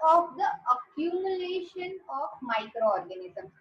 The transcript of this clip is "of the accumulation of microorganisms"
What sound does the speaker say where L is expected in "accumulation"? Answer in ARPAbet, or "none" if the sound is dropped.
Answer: L